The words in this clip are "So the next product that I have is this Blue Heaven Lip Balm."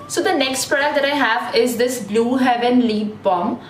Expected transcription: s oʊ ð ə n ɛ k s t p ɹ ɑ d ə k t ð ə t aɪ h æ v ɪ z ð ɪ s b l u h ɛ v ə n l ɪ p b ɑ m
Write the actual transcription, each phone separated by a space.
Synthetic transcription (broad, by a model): s oʊ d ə n ɛ k s t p ɛ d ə t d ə t aɪ h æ v ɪ z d ɪ s b l u h ɛ v ə n l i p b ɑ m